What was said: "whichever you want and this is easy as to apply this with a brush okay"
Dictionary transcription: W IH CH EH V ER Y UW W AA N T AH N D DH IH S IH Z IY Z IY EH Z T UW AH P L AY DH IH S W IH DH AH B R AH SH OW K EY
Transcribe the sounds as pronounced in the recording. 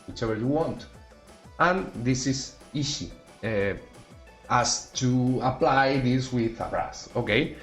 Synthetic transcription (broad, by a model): W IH CH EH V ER Y UW W AA N T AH N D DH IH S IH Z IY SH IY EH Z T UW AH P L AY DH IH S W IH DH AH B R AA S OW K EY